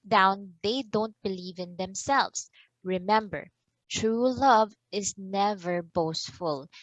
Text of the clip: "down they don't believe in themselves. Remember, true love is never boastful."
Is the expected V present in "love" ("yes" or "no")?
yes